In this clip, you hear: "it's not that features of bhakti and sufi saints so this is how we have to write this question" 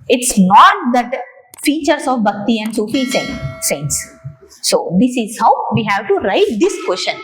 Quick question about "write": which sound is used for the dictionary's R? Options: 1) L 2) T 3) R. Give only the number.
3